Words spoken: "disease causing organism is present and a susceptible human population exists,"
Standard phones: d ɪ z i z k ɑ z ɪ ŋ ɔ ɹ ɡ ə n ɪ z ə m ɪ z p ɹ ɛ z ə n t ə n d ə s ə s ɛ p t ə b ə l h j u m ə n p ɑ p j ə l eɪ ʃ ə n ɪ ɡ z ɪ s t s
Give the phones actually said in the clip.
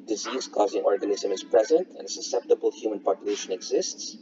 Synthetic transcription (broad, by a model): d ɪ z i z k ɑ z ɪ ŋ ɔ ɹ ɡ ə n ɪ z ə m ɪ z p ɹ ɛ z ə n t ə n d s ə s ɛ p t ə b ə l h j u m ə n p ɑ p j ə l eɪ ʃ ə n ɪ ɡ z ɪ s t s